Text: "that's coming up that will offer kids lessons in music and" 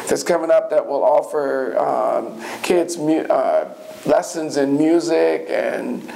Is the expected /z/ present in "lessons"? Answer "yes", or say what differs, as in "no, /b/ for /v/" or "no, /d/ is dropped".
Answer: yes